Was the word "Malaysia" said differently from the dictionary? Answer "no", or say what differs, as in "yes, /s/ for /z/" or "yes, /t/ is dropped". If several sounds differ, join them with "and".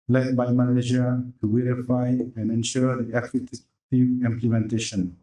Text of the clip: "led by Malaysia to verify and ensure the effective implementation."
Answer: yes, /n/ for /l/